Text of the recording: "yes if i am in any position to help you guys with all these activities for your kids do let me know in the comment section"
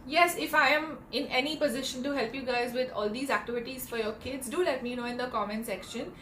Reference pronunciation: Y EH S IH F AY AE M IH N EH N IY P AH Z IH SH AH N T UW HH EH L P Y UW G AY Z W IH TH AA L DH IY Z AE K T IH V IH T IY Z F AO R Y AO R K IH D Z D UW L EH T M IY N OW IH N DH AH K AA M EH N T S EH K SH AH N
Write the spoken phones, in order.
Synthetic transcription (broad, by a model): Y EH S IH F AY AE M IH N EH N IY P AH Z IH SH AH N T UW HH EH L P Y UW G AY Z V IH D AA L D IY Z AE K T IH V IH T IY Z F AO R Y AO R K IH D Z D UW L EH T M IY N OW IH N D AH K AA M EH N S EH K SH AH N